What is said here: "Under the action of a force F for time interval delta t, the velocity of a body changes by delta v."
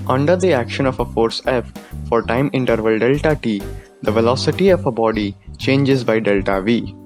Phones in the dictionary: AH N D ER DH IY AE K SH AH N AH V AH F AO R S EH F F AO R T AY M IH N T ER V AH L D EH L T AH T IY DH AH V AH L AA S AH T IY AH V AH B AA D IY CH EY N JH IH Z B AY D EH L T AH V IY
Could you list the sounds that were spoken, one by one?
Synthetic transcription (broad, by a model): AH N D ER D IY AE K SH AH N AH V AH F AO R S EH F F AO R T AY M IH N T ER V AH L D EH L T AH T IY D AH V AH L AA S AH T IY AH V AH B AA D IY CH EY N JH IH Z B AY D EH L T AH V IY